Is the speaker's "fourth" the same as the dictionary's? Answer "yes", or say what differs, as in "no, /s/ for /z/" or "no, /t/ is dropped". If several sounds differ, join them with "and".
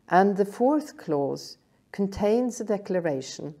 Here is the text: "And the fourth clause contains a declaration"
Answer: yes